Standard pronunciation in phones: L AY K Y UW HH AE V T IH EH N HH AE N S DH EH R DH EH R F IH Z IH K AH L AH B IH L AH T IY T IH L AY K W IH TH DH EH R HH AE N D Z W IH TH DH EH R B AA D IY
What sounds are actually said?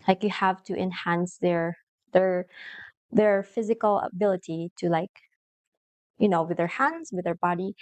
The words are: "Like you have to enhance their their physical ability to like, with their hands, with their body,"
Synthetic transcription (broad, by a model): L AY K Y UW HH AE V T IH EH N HH AE N S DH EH R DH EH R F IH Z IH K AH L AH B IH L AH T IY T IH L AY K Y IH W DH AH R HH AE N D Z W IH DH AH R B AA D IY